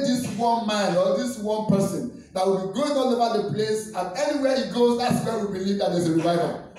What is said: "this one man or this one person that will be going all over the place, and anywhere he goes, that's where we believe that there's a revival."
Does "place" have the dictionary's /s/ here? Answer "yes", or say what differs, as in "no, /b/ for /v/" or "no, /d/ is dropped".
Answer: yes